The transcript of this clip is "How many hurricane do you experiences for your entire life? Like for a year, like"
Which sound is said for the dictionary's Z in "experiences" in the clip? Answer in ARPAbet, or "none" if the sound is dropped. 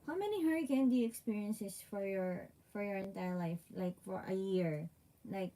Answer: S